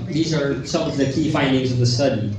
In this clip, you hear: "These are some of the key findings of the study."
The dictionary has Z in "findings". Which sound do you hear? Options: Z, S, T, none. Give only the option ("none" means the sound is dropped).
Z